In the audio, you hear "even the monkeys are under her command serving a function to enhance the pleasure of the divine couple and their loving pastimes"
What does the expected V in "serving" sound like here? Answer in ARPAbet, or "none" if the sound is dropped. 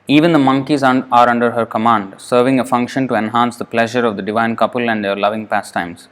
V